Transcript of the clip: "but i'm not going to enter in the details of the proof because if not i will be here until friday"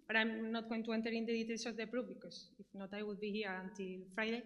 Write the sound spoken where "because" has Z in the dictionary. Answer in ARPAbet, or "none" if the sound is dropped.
S